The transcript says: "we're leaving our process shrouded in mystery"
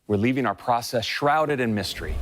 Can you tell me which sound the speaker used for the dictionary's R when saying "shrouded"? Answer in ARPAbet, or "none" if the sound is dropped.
R